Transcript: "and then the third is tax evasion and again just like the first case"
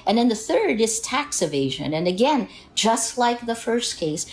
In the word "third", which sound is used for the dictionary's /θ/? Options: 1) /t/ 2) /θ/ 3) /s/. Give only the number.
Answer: 2